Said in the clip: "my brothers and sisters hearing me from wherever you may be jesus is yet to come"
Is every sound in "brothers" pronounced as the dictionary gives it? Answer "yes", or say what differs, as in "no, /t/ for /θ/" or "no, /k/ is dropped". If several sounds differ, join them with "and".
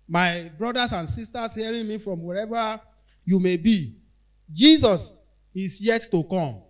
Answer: no, /s/ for /z/